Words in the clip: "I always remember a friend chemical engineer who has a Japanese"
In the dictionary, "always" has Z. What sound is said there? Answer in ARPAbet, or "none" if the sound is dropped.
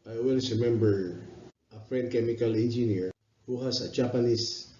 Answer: S